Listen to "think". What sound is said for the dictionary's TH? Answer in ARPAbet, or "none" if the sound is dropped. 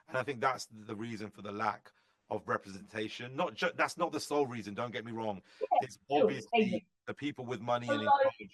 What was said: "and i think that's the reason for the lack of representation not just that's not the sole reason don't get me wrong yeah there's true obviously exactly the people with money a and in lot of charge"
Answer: TH